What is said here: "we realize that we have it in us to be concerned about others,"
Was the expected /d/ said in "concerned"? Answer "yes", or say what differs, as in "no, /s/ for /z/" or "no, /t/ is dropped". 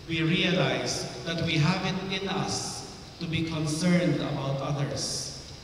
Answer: yes